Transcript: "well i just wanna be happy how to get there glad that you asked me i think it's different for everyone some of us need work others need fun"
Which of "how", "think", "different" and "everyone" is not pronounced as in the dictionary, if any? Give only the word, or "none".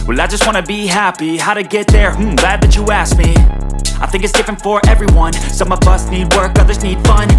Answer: none